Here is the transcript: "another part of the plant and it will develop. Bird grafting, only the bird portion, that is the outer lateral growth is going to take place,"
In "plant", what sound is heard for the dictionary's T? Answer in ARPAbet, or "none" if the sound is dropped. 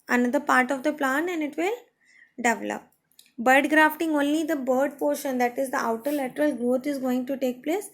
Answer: none